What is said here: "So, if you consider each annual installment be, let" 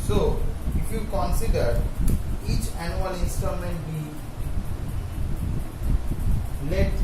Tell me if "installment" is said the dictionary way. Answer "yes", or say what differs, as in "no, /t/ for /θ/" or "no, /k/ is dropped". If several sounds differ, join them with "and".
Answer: no, /l/ is dropped